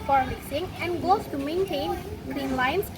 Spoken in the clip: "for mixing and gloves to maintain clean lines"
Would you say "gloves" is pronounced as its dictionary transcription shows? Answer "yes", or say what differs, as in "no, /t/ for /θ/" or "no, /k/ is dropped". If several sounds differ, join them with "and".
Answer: no, /l/ is dropped